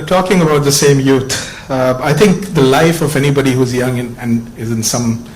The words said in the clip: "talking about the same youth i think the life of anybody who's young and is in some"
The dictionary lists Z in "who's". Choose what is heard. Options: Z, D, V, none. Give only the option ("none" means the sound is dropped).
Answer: Z